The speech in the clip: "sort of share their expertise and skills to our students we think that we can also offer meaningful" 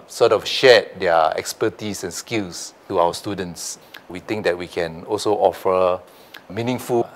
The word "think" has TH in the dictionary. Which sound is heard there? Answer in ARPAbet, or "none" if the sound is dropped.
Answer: T